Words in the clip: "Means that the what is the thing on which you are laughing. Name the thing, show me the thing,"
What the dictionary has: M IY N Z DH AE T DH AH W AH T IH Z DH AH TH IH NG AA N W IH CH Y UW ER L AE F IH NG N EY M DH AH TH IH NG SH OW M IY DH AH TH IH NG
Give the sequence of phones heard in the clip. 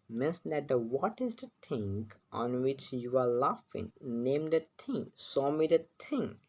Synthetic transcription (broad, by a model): M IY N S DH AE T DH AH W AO T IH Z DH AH T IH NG AA N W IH CH Y UW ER L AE F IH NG N EY M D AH T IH NG S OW M IY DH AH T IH NG